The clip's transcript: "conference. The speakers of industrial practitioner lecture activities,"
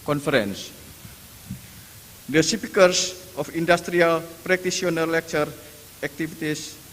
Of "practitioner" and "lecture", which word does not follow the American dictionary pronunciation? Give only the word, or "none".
practitioner